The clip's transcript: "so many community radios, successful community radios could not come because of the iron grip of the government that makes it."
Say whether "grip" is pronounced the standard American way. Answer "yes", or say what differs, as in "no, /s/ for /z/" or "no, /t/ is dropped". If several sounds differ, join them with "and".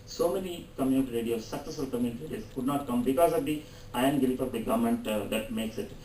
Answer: no, /ɹ/ is dropped